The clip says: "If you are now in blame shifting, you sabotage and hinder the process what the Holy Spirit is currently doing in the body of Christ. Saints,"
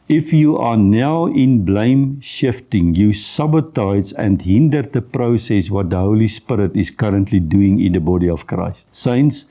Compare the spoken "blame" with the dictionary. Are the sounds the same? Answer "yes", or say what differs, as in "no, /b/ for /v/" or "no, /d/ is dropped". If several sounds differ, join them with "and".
yes